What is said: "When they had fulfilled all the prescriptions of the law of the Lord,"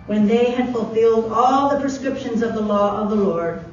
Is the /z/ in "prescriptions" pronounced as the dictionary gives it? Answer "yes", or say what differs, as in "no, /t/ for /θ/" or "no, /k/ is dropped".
yes